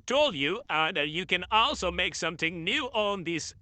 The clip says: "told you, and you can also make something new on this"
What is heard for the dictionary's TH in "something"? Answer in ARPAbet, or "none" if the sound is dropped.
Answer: TH